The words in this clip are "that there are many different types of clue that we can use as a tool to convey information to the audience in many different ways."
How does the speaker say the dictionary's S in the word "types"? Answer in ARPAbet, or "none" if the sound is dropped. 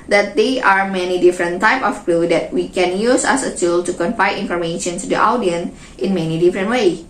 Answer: none